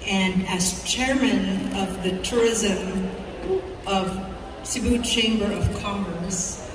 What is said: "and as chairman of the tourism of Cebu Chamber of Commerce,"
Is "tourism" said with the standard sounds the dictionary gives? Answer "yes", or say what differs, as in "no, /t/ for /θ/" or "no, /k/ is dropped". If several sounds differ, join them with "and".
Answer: yes